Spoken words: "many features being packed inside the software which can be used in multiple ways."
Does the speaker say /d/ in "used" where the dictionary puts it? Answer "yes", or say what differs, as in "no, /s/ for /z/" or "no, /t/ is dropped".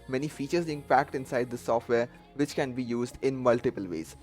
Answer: yes